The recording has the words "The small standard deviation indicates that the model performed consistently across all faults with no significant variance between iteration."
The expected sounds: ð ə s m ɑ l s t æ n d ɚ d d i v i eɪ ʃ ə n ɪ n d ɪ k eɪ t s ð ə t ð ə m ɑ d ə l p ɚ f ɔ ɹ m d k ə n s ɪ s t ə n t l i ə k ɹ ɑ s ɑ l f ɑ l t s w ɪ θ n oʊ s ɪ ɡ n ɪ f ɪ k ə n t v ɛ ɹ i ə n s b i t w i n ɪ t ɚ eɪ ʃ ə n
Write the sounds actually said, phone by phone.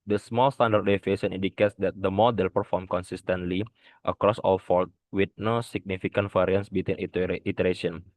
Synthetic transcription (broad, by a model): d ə s m ɑ l s t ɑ n d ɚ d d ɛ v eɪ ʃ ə n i n d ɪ k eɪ t s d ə t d ə m ɑ d ə l p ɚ f ɔ ɹ m k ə n s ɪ s t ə n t l i ə k ɹ ɑ s ɑ l f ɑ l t w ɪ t n oʊ s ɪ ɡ n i f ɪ k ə n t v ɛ ɹ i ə n s b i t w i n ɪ t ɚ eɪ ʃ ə n